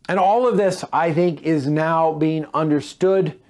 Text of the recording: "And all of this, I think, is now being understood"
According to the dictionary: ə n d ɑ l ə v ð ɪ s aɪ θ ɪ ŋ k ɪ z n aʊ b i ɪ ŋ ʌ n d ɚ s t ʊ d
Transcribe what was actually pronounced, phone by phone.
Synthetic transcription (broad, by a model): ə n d ɑ l ə v ð ɪ s aɪ θ ɪ ŋ k ɪ z n aʊ b i ɪ ŋ ʌ n d ɚ s t ʊ d